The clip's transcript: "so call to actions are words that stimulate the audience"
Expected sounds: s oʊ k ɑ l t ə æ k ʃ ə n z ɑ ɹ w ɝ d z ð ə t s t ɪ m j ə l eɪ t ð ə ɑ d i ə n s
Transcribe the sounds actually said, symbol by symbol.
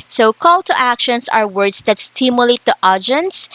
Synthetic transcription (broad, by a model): s oʊ k ɑ l t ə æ k ʃ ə n s ɑ ɹ w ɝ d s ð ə t s t ɪ m j ə l eɪ t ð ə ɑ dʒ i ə n s